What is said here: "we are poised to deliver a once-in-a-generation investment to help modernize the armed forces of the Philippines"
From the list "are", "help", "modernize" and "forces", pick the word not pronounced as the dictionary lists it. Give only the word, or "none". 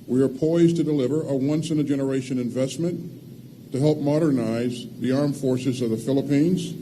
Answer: none